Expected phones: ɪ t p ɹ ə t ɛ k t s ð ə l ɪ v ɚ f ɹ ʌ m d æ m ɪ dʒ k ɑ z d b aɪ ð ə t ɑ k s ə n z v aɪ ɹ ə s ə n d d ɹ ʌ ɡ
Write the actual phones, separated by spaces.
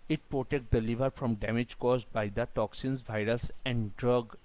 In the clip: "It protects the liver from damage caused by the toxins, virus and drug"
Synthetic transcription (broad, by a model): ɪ t p ɹ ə t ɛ k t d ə l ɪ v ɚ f ɹ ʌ m d æ m ɪ dʒ k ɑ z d b aɪ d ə t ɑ k s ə n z v aɪ ɹ ə s ə n d d ɹ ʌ ɡ